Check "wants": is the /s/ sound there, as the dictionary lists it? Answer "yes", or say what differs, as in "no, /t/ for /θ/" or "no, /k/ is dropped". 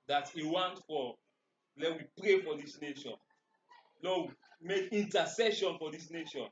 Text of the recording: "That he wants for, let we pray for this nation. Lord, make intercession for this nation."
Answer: no, /s/ is dropped